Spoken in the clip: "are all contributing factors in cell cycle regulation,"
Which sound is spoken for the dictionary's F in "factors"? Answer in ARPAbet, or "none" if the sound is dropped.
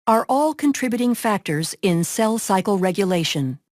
F